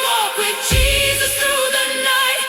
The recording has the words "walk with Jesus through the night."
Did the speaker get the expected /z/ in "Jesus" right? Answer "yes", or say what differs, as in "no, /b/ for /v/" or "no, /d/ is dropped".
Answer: yes